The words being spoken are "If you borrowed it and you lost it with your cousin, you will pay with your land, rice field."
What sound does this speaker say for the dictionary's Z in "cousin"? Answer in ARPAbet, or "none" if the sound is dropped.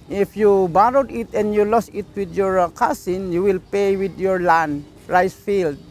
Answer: S